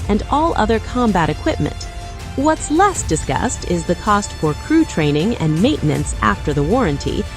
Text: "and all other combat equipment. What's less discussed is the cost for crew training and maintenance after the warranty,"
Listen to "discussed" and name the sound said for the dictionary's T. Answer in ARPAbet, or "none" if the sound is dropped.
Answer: T